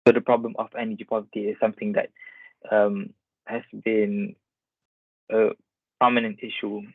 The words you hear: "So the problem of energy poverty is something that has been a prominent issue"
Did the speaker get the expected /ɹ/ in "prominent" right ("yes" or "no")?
no